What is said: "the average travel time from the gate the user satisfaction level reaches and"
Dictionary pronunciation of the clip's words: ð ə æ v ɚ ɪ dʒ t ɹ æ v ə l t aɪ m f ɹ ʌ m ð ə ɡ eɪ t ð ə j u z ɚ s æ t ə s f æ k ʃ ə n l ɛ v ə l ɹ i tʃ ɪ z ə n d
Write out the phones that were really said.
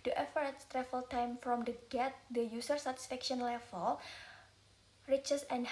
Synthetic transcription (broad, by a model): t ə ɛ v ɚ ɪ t t ɹ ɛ f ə l t aɪ m f ɹ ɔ m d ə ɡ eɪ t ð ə j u s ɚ s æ t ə s f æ k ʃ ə n l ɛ f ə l ɹ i tʃ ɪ s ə n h